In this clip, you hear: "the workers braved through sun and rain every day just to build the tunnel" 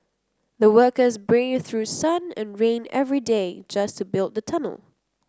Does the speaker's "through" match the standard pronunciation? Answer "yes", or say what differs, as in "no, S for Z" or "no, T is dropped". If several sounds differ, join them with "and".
yes